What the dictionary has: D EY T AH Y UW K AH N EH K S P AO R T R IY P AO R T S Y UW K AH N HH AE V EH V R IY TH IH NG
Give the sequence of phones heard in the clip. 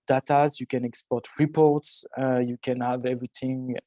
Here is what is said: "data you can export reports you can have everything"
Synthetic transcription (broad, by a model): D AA T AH Y UW K AH N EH K S P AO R T R IY P AO R T S Y UW K AH N HH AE V EH V R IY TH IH NG